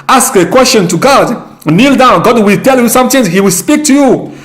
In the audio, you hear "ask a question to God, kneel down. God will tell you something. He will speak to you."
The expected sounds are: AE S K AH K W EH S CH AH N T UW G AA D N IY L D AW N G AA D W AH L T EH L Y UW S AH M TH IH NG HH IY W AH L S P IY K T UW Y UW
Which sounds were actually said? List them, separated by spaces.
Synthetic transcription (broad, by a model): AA S K AH K W EH S CH AH N T UW G AA D N IY L D AW N G AA D W AH L T EH L Y UW S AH M T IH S HH IY W AH L S P IY K T UW Y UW